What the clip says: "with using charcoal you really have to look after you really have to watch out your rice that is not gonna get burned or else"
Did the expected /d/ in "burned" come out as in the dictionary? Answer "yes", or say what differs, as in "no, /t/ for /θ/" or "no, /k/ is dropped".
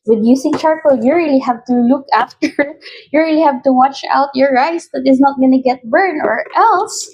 no, /d/ is dropped